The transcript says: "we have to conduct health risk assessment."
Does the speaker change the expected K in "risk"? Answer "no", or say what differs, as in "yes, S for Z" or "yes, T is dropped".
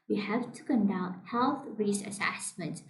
yes, K is dropped